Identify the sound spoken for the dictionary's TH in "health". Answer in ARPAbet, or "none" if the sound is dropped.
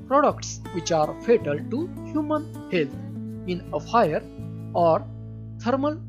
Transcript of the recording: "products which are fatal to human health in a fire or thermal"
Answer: T